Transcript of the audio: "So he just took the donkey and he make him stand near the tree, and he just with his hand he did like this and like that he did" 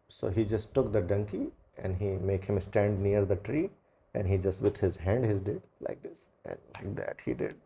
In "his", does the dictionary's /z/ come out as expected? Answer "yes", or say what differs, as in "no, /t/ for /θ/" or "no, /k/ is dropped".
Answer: yes